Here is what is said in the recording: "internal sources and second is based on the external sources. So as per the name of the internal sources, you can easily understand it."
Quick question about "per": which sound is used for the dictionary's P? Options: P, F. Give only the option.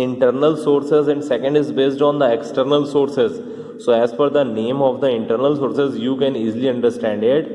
F